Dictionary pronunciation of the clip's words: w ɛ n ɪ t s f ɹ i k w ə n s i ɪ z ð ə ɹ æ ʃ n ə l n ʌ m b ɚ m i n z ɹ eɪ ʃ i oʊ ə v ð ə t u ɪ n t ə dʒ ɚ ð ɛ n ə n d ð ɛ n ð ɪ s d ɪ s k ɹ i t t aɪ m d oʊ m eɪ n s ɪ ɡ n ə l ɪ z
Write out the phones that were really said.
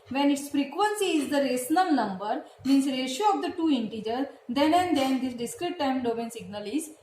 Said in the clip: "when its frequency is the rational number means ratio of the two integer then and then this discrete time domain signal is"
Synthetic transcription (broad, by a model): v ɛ n ɪ t s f ɹ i k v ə n s i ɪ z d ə ɹ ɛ s n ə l n ʌ m b ɚ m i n s ɹ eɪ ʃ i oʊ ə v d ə t u ɪ n t ə dʒ ɚ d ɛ n ə n d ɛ n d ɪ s d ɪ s k ɹ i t t aɪ m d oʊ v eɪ n s ɪ ɡ n ə l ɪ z